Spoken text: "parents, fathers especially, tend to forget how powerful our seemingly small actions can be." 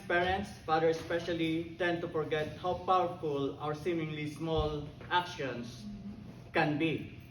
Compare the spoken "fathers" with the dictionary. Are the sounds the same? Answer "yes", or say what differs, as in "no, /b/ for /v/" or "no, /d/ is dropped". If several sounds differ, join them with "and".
no, /z/ is dropped